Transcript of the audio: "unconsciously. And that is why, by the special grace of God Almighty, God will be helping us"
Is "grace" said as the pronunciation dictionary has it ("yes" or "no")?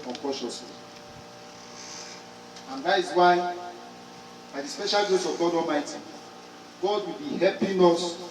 no